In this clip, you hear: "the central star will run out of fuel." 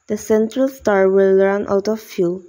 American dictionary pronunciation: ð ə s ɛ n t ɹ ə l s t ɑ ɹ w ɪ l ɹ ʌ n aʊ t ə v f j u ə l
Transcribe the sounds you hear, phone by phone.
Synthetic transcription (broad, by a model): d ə s ɛ n t ɹ ə l s t ɑ ɹ w ɪ l ɹ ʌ n aʊ t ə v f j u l